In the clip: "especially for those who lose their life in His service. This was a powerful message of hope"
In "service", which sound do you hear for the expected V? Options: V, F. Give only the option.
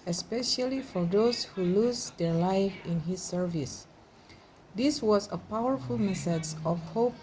V